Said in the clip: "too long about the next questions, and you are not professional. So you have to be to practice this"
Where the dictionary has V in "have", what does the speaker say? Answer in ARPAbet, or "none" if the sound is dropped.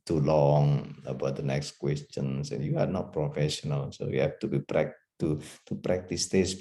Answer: P